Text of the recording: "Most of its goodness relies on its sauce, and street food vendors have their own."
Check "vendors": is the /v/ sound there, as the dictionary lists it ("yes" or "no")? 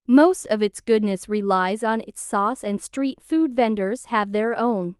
yes